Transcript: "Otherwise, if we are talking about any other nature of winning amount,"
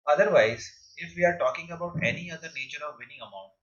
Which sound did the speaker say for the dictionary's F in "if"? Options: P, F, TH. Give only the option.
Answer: F